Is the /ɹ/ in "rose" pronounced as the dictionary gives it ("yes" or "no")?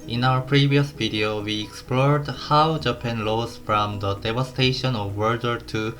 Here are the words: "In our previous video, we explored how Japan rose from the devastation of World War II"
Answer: no